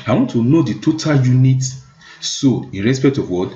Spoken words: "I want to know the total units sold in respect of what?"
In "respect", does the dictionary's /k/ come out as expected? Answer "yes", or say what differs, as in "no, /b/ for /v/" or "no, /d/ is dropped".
yes